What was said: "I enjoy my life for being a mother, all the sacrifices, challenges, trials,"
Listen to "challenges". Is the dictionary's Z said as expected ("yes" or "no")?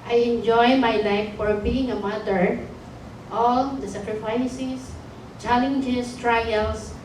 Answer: no